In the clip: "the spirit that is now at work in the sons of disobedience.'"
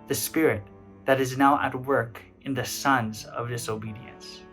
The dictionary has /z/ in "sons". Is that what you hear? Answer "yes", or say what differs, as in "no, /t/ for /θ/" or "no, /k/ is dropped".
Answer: yes